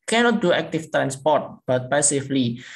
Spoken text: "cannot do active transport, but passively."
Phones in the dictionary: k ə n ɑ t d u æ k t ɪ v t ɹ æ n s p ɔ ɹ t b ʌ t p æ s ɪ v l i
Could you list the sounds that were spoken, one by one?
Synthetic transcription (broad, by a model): k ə n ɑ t d u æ k t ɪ f t ɹ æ n s p ɔ t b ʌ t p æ s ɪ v l i